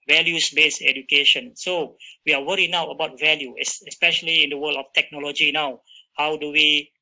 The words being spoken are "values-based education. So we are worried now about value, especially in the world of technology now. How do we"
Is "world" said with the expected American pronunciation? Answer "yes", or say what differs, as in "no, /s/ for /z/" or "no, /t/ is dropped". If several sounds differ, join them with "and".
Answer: no, /d/ is dropped